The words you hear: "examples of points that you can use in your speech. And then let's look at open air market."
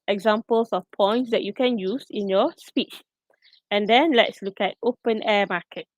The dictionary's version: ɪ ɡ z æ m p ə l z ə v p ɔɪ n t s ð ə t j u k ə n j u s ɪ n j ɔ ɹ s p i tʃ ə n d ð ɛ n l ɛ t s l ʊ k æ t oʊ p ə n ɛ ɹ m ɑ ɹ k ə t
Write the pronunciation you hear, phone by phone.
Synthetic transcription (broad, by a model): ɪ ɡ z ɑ m p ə l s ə f p ɔɪ n t s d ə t j u k ə n j u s ɪ n j ɔ s p i tʃ ə n d ɛ n l ɛ t s l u k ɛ t oʊ p ə n ɛ m ɑ k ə t